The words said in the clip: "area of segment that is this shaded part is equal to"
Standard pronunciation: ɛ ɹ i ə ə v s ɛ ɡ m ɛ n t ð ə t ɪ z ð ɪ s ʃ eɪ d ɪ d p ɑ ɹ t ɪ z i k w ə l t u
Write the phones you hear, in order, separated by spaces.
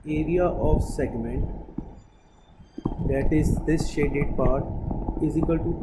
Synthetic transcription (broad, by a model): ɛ ɹ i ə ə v s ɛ ɡ m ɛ n t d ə t ɪ z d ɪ s ʃ eɪ d ɪ d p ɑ ɹ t ɪ z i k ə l t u